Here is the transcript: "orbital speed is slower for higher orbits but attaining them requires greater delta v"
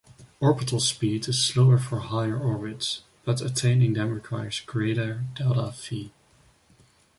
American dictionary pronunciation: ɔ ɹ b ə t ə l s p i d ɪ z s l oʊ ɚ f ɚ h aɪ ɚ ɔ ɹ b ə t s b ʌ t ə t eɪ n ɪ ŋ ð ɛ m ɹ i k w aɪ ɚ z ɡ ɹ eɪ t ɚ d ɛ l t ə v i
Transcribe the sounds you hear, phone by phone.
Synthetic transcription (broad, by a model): ɔ ɹ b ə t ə l s p i d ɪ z s l oʊ ɚ f ɚ h aɪ ɚ ɔ ɹ b ə t s b ʌ t ə t eɪ n ɪ ŋ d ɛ m ɹ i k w aɪ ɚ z ɡ ɹ eɪ t ɚ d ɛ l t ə f i